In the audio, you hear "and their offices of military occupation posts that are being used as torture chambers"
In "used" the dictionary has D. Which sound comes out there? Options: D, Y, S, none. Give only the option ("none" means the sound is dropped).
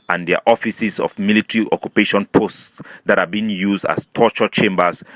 D